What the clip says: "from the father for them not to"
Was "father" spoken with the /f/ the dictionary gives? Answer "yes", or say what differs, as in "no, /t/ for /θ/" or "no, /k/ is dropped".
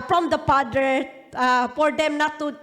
no, /p/ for /f/